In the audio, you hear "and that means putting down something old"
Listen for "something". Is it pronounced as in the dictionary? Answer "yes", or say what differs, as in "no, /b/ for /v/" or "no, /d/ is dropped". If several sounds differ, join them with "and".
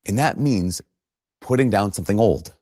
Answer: yes